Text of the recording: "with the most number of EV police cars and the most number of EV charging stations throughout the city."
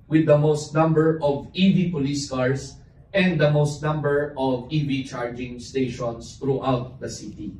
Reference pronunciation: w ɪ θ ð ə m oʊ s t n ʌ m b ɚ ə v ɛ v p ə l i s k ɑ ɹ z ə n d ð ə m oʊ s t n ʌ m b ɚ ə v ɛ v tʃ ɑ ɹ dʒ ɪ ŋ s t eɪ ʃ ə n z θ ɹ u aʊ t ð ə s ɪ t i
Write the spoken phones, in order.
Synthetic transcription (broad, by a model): w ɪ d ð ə m oʊ s t n ʌ m b ɚ ə v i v p ə l i s k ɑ ɹ s ə n d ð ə m oʊ s t n ʌ m b ɚ ə v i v tʃ ɑ ɹ dʒ ɪ ŋ s t eɪ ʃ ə n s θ ɹ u aʊ t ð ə s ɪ t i